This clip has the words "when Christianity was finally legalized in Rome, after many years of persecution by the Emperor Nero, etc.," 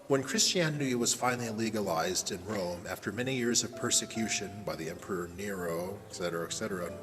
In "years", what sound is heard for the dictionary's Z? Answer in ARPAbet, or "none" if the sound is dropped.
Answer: Z